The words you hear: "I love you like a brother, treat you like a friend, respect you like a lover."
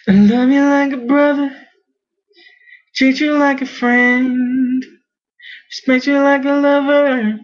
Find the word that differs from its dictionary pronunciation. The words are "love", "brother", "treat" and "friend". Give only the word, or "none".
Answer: treat